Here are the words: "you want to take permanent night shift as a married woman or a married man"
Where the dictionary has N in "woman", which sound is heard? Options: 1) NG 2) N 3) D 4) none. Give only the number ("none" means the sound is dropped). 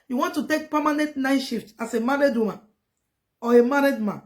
4